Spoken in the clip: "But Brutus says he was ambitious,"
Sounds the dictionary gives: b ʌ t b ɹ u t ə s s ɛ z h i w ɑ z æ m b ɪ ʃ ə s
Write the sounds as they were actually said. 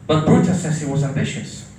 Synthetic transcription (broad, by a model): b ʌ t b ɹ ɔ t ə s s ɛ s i w ɑ z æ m b ɪ ʃ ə s